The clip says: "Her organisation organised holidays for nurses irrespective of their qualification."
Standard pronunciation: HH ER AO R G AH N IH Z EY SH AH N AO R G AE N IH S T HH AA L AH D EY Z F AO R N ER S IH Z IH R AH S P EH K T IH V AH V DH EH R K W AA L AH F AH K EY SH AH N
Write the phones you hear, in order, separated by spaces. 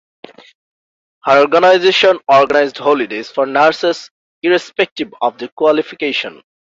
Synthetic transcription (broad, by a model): HH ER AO R G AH N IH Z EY SH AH N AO R G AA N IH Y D HH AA L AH D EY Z F AO R N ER S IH S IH R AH S P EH K T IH B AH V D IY K W AA L AH F AH K EY SH AH N